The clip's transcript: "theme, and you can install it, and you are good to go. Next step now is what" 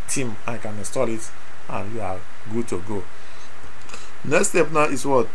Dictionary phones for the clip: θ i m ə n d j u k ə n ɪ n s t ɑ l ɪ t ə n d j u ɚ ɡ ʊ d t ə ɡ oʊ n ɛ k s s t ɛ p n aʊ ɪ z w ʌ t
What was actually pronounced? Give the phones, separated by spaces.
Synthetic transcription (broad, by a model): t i m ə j k ə n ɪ s t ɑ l ɪ t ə n j u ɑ ɡ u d t ə ɡ oʊ n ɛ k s s t ɛ p n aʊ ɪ s w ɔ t